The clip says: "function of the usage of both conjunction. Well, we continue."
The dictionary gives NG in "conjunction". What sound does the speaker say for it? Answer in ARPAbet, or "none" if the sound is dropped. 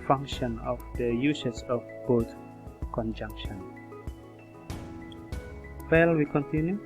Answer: NG